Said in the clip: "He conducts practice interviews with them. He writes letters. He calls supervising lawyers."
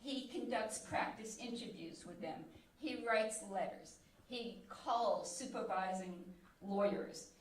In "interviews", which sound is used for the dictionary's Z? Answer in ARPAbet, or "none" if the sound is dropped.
Z